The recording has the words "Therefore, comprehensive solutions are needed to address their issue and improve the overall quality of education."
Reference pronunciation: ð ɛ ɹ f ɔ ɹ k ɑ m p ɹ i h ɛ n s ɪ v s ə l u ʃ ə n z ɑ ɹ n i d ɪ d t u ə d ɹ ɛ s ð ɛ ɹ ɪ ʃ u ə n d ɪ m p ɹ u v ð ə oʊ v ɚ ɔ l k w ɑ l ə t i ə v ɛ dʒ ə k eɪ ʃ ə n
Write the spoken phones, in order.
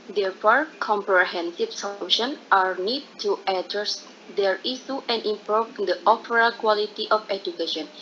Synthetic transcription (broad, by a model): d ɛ ɹ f ɔ ɹ k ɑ m p ɹ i h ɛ n s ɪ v s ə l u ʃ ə n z ɑ ɹ n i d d t u ə d ɹ ɛ s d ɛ ɹ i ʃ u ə n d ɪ m p ɹ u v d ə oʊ p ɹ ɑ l k w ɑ l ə t i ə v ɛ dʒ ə k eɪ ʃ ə n